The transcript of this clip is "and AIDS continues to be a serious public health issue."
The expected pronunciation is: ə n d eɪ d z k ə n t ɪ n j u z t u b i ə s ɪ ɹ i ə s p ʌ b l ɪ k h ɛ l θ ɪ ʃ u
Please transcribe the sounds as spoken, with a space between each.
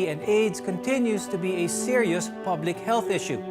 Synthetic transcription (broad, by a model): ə n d eɪ d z k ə n t ɪ n j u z t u b i ə s ɪ ɹ i ə s p ʌ b l ɪ k h ɛ l θ ɪ ʃ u